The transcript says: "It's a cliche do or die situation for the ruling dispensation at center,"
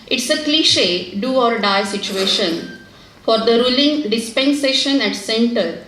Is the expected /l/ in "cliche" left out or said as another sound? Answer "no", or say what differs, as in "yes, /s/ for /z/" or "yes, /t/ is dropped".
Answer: no